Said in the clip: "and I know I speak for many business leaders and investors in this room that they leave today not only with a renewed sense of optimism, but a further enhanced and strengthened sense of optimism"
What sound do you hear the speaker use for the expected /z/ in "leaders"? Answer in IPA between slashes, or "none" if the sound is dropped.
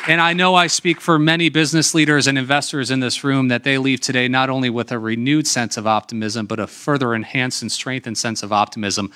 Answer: /z/